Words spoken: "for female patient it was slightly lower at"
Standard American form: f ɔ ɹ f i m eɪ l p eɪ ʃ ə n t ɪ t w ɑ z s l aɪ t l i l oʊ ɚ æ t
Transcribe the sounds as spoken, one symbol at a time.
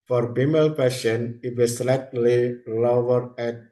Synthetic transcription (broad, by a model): f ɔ ɹ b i m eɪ l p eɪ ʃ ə n ɪ t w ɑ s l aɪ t l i l oʊ ɚ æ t